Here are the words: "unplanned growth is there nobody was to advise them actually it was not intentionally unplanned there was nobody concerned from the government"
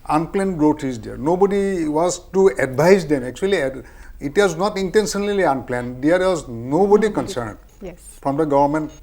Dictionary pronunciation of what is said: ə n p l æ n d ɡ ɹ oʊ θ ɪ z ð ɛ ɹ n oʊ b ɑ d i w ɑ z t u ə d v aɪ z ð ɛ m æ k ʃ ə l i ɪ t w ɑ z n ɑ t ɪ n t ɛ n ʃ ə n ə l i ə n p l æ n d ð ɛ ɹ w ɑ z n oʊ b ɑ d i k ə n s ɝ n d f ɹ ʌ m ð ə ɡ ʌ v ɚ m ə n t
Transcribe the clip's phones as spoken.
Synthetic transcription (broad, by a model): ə n p l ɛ n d ɡ ɹ oʊ t ɪ z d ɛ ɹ n oʊ b ɑ d i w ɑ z t u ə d b aɪ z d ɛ m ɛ k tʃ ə l i ɪ t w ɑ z n ɑ t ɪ n t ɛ n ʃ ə n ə l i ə n p l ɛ n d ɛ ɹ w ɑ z n oʊ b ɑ d i k ə n s ɝ n d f ɹ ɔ m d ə ɡ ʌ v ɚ m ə n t